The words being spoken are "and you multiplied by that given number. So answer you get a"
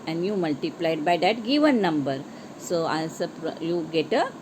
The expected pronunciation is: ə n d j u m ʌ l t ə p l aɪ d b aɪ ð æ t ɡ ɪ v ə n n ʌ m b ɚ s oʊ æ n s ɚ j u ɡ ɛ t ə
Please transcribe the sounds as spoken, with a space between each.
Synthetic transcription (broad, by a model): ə n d j u m ʌ l t ə p l aɪ d b aɪ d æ t ɡ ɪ v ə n n ʌ m b ɚ s oʊ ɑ s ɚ j u ɡ ɛ t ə